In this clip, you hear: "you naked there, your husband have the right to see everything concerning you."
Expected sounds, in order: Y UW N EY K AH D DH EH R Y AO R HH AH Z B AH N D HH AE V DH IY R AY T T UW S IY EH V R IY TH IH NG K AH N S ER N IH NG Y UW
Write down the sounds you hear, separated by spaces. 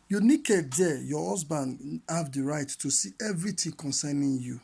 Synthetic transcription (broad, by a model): Y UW N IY K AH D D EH Y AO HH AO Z B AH N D HH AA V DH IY R AY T T UW S IY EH V R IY T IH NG K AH N S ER N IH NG Y UW